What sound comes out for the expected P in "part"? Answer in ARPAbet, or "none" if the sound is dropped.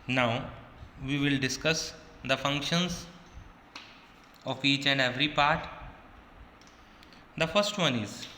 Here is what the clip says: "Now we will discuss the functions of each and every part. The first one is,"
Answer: P